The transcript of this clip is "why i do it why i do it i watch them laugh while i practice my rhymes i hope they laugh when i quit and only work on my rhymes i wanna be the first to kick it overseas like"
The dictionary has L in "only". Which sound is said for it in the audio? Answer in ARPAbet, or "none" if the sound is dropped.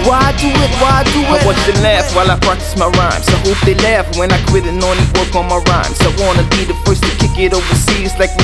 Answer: none